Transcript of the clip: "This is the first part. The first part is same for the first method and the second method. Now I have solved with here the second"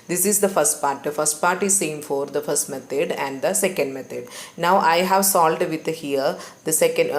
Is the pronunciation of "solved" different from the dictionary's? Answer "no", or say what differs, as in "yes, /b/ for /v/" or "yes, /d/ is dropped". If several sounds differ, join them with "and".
yes, /v/ is dropped